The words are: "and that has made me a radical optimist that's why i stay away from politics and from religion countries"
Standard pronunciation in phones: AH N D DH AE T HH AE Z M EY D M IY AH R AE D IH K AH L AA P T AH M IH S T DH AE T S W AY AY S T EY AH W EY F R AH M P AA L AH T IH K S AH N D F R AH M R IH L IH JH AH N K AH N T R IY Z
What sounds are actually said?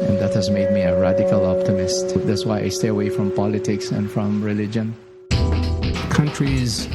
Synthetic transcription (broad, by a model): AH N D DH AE T HH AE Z M EY D M IY AH R AE D IH K AH L AA P T AH M IH S T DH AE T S W AY AY S T EY AH W EY F R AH M P AA L AH T IH K S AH N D F R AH M R IH L IH JH AH N K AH N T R IY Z